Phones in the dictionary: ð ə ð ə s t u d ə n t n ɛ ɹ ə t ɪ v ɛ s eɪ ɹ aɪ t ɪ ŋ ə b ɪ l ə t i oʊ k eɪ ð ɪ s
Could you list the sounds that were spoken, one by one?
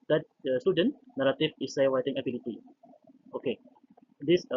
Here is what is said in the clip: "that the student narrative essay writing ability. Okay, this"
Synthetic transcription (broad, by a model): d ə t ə s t u d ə n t n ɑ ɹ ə t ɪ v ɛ s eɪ w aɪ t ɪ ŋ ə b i l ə t i oʊ k eɪ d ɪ s